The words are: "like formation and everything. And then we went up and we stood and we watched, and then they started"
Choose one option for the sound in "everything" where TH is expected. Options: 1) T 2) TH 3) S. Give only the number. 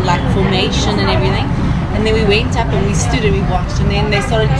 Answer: 2